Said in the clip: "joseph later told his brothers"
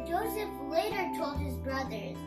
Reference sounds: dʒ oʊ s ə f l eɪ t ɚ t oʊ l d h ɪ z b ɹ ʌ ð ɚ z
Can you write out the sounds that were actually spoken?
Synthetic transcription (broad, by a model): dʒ oʊ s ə f l eɪ t ɚ t oʊ l d h ɪ z b ɹ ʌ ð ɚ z